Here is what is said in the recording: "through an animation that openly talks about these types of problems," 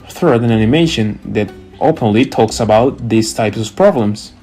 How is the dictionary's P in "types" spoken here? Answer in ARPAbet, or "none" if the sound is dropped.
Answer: P